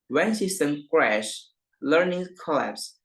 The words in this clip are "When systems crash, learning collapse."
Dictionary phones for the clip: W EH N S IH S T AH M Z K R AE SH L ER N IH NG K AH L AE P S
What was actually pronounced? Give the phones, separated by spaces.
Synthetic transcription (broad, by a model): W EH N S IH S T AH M K R AE SH L ER N IH NG K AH L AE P S